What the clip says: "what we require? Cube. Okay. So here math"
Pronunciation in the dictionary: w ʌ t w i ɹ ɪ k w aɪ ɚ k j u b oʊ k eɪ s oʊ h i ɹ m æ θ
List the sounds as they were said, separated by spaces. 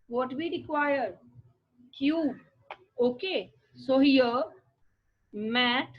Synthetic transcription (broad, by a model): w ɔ t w i ɹ ɪ k w aɪ ɚ k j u oʊ k eɪ s oʊ h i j m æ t